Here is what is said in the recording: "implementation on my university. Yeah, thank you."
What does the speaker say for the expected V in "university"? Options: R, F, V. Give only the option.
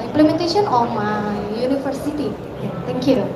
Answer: F